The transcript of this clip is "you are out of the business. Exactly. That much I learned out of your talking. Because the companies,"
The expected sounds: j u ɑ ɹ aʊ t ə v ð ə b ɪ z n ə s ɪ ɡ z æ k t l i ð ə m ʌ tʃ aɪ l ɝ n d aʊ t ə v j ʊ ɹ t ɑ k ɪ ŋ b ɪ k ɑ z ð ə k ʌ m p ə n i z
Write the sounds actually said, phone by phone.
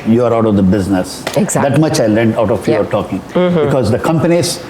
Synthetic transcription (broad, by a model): j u ɑ ɹ aʊ t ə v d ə b ɪ z n ə s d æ t m ʌ tʃ aɪ l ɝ n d aʊ t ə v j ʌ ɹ t ɑ k ɪ ŋ b ɪ k ɑ z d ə k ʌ m p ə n i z